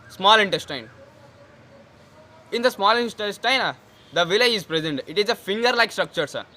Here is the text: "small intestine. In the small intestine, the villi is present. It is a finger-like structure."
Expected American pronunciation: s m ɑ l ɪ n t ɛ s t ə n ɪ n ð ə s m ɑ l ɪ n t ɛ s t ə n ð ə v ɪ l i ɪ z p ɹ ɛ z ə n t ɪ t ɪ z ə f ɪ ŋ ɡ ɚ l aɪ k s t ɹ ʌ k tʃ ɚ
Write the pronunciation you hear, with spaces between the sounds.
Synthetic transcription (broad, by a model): s m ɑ l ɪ n t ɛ s t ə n ɪ n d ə s m ɑ l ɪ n t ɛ s t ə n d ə v ɪ l i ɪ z p ɹ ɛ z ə n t ɪ t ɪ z ə f ɪ ŋ ɡ ɚ l aɪ k s t ɹ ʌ k tʃ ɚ